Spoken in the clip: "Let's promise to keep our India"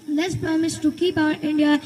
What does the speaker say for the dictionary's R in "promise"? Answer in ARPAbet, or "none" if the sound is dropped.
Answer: none